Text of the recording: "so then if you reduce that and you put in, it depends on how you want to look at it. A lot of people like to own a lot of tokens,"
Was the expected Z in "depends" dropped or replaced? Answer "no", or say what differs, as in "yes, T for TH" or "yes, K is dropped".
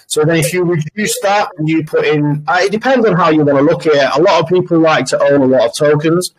no